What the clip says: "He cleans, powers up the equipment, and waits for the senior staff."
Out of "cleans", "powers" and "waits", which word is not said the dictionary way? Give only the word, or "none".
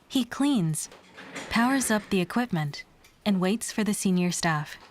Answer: none